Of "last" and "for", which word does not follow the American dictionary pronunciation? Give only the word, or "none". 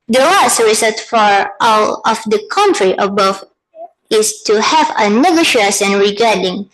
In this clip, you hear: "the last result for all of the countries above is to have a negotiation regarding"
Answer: none